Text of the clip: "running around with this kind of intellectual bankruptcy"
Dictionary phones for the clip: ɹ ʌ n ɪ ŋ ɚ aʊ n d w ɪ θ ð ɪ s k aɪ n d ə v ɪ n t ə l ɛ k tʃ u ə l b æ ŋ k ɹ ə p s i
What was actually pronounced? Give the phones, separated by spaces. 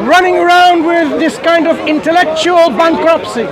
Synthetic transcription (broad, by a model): ɹ ʌ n ɪ ŋ ɚ aʊ n d w ɪ ð ɪ s k aɪ n d ə v ɪ n t ə l ɛ k tʃ u ə l b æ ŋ k ɹ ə p s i